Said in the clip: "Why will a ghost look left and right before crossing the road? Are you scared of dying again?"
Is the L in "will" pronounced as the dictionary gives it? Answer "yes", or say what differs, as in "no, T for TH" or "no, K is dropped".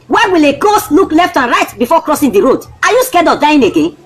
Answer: yes